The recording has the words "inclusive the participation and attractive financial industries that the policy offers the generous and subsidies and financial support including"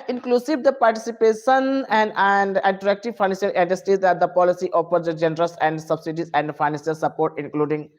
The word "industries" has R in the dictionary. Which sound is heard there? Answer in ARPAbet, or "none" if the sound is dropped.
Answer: none